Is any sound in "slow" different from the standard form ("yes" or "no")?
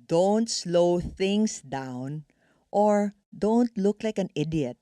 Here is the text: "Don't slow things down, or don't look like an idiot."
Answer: no